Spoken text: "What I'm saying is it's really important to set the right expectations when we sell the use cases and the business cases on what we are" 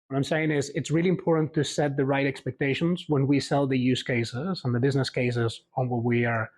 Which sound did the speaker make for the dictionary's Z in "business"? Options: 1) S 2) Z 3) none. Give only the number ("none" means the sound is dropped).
2